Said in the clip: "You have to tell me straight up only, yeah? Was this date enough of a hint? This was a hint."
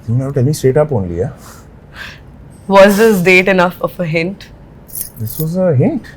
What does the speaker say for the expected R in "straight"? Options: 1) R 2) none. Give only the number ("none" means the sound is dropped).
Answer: 2